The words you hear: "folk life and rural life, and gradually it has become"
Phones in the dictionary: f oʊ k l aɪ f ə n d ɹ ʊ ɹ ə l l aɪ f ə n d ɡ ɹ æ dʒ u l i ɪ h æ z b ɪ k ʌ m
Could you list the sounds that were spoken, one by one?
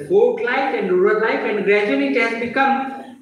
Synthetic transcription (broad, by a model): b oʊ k l aɪ f ə n d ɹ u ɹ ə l l aɪ f ə n d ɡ ɹ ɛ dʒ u n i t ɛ s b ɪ k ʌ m